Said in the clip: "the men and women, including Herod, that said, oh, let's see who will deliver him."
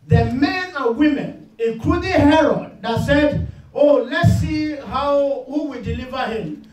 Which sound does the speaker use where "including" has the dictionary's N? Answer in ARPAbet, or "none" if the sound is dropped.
none